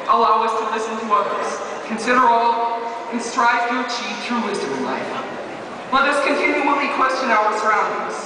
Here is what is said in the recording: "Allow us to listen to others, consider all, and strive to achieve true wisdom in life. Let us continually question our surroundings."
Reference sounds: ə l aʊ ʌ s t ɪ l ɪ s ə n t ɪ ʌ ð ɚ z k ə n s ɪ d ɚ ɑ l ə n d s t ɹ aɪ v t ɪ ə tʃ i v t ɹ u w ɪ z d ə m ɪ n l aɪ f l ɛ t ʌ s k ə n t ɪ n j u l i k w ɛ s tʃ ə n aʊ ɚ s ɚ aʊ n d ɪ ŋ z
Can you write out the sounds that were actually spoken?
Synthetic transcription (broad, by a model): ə l aʊ ʌ s t ɪ l ɪ s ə n t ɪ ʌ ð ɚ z k ə n s ɪ d ɚ ɑ l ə n s t ɹ aɪ v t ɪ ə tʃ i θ ɹ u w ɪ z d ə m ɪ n l aɪ f l ɛ t ʌ s k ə n t ɪ n j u w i k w ɛ s tʃ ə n aʊ ɚ s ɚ aʊ n d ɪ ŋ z